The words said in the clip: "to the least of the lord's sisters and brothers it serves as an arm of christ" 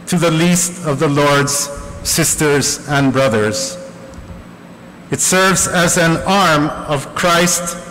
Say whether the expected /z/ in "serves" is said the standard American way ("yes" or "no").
yes